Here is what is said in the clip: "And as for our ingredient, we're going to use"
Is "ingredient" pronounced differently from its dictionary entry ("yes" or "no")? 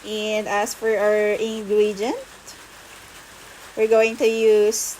yes